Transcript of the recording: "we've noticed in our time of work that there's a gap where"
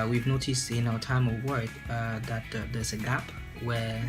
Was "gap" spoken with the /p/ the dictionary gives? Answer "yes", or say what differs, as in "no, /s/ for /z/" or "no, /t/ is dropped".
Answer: yes